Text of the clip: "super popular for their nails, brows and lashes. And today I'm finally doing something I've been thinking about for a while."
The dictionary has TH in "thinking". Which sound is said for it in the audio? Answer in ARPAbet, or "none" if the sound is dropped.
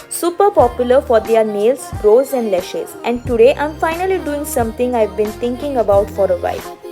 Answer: T